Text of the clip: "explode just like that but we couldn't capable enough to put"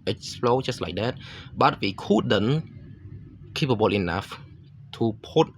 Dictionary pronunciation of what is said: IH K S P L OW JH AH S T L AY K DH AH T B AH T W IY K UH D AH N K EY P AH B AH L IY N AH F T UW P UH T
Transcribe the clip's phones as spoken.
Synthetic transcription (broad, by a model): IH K S L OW CH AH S L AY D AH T B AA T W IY K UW D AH N K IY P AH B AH L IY N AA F T UW P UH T